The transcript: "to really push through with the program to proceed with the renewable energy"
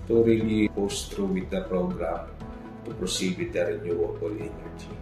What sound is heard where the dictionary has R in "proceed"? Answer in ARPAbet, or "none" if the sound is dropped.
R